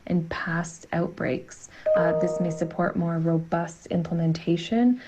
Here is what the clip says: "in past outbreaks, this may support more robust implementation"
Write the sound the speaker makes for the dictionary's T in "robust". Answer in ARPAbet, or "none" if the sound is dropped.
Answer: T